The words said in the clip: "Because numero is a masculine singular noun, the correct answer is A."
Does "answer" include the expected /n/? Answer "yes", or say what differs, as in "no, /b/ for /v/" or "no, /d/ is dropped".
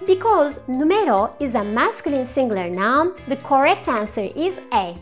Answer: yes